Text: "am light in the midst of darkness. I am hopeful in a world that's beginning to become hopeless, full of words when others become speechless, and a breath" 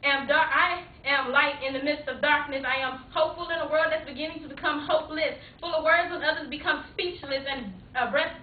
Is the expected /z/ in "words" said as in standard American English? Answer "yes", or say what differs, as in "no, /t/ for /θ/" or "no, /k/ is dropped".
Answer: yes